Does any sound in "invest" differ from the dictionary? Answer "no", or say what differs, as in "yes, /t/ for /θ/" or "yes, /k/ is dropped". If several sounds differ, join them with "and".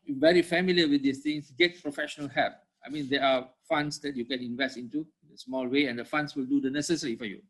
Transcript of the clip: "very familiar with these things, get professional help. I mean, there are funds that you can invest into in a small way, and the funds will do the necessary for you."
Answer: no